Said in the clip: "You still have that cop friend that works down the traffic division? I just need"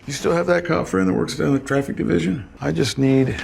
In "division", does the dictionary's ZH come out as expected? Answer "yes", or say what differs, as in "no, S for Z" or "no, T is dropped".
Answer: yes